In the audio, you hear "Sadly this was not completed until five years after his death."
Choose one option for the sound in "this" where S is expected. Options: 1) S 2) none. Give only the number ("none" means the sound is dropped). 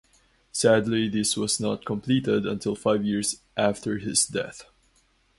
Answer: 1